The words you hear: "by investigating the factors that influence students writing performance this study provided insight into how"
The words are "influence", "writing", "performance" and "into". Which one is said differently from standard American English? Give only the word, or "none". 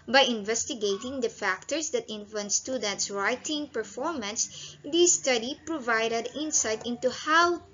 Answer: influence